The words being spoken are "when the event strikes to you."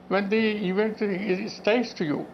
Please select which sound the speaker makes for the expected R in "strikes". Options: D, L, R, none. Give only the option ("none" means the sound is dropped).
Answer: none